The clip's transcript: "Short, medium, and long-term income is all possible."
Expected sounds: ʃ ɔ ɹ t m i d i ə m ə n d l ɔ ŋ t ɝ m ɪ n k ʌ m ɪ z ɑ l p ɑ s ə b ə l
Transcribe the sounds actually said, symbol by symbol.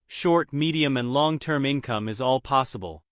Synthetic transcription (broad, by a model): ʃ ɔ ɹ t m i d i ə m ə n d l ɔ ŋ t ɝ m ɪ n k ʌ m ɪ z ɑ l p ɑ s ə b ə l